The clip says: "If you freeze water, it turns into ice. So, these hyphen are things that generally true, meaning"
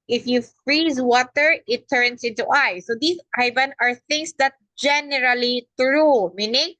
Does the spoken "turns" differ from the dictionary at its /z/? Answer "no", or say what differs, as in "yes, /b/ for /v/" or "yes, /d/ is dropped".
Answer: yes, /s/ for /z/